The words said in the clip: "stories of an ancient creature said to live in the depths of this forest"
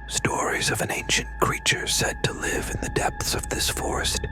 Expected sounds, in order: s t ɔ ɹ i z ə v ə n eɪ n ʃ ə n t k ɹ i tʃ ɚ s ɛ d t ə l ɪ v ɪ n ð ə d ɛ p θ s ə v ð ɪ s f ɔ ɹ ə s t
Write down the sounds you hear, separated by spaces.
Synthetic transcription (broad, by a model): s t ɔ ɹ i z ə v ə n eɪ n ʃ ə n k ɹ i tʃ ɚ s ɛ d t ə l ɪ v ɪ n ð ə d ɛ p θ s ə v ð ɪ s f ɔ ɹ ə s t